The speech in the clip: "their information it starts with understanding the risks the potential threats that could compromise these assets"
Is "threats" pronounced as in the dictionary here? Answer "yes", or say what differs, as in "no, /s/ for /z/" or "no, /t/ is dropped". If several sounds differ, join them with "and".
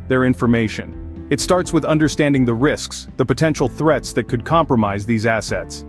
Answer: yes